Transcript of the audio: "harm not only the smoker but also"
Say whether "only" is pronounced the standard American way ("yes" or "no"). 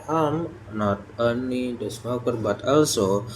no